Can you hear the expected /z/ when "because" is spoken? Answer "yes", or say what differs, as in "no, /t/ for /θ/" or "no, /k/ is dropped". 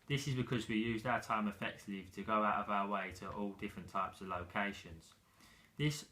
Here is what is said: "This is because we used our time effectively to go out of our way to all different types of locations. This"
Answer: yes